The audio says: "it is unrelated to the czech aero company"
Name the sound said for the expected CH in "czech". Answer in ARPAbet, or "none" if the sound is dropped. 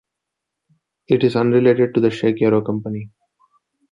SH